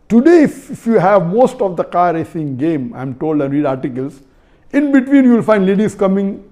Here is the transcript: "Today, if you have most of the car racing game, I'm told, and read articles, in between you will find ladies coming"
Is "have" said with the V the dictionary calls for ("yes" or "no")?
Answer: yes